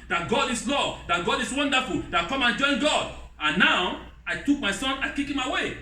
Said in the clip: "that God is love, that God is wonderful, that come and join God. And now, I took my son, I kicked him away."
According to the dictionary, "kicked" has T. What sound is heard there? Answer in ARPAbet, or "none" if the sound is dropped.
none